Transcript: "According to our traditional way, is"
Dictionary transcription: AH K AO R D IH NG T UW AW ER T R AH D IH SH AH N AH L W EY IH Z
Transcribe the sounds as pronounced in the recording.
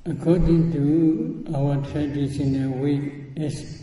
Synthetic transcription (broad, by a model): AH K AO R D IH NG T UW AW ER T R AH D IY S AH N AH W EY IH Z